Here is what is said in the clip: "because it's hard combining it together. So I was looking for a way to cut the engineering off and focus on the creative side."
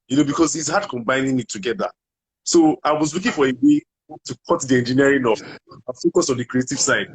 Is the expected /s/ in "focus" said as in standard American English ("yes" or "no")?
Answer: yes